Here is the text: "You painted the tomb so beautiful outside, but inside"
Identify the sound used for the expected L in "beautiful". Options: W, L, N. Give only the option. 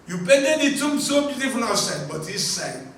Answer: N